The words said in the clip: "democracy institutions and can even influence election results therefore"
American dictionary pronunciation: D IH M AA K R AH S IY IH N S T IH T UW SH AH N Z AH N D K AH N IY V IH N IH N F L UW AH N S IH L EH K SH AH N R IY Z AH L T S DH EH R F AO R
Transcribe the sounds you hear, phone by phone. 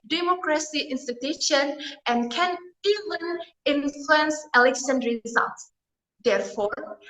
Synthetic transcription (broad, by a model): D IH M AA K R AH S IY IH N S T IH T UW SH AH N AH N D K AH N IY V IH N IH N F L UW AH N S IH L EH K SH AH N R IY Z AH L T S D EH R F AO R